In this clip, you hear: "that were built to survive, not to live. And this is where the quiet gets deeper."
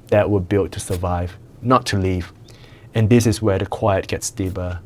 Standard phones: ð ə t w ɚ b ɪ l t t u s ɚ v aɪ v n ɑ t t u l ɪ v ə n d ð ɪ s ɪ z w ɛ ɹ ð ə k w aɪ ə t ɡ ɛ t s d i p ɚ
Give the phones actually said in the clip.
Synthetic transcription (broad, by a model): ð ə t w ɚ b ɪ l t t u s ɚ v aɪ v n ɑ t t u l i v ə n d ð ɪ s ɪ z w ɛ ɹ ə k w aɪ ə t ɡ ɛ t s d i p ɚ